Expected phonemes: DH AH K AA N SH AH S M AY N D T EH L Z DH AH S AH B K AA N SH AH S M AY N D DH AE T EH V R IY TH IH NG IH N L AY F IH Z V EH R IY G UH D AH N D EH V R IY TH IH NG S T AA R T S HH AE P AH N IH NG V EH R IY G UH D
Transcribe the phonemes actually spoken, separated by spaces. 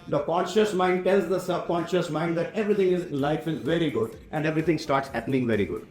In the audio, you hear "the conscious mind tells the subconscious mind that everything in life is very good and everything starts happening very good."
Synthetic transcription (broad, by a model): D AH K AA N SH AH S M AY N D T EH L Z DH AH S AH B K AA N SH AH S M AY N D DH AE T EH V R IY T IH NG IH N L AY F IH Z V EH R IY G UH D AH N D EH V R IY T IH NG S T AA R T S HH AE P AH N IH NG V EH R IY G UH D